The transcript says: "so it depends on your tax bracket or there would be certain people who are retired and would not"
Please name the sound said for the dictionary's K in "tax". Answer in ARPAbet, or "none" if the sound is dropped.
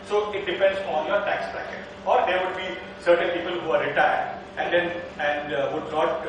K